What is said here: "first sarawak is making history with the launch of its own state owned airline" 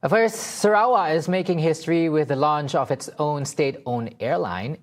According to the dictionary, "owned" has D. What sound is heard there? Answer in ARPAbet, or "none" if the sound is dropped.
none